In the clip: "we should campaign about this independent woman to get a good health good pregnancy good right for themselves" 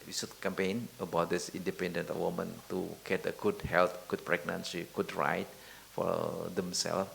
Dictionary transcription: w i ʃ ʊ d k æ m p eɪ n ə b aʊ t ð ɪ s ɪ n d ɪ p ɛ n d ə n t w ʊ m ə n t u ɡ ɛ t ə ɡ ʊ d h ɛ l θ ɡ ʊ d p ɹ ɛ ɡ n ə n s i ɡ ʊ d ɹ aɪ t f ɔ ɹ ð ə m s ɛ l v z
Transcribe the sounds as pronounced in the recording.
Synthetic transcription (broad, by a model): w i s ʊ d k æ m p eɪ n ə b aʊ t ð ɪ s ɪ n d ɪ p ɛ n d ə n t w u m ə n t u ɡ ɛ t ə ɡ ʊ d h ɛ l t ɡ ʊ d p ɹ ɛ ɡ n ə n s i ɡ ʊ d ɹ aɪ t f ɔ ɹ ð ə m s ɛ l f